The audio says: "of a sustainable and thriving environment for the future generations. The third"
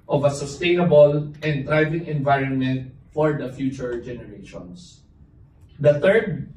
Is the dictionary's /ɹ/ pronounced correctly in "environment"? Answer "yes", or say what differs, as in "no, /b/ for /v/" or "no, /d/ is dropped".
yes